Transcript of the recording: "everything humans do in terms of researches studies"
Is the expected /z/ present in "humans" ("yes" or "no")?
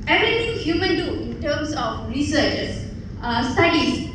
no